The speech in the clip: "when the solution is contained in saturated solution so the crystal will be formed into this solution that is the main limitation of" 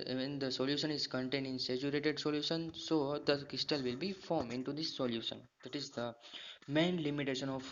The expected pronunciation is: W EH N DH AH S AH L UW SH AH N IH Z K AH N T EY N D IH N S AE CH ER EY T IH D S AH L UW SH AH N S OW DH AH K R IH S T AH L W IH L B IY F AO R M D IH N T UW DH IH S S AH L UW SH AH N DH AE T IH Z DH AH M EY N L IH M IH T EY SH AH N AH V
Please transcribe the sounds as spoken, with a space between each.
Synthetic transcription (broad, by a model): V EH N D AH S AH L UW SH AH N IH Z K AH N T EY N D IH N S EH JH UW EY T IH D S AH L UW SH AH N S OW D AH K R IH S T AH L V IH L B IY F AO R M IH N T UW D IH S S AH L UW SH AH N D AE T IH Z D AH M EY N L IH M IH T EY SH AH N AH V